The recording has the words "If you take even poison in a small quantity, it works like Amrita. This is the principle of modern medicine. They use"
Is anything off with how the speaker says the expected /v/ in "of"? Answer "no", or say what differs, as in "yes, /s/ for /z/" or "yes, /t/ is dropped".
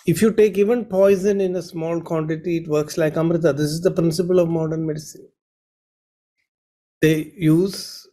no